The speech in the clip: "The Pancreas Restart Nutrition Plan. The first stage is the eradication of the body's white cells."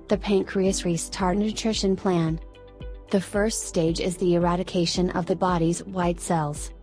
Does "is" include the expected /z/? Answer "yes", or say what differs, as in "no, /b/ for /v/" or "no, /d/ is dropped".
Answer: yes